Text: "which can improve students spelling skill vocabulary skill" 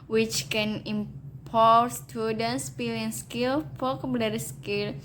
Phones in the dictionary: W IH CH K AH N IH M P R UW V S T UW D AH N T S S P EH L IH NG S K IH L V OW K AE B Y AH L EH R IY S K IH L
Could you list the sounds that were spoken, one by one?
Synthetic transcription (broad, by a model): W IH CH K AH N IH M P AO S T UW D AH N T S S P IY L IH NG S K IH L P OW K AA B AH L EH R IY S K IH L